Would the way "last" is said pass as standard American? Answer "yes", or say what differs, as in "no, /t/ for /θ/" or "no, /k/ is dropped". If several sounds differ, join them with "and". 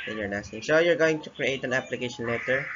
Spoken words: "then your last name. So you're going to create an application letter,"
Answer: no, /n/ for /l/